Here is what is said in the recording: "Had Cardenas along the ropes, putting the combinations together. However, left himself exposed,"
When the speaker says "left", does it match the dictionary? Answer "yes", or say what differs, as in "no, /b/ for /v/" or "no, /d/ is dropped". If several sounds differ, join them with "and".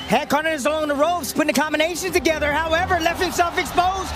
yes